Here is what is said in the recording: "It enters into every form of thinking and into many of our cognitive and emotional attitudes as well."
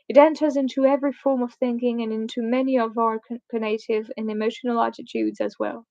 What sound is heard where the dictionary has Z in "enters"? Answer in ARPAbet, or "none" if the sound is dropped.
Z